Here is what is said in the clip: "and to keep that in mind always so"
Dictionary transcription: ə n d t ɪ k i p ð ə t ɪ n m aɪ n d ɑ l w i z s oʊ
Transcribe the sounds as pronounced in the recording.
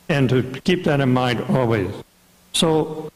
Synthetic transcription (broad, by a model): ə n t ɪ k i p ð ə t ɪ n m aɪ n d ɑ l w i z s oʊ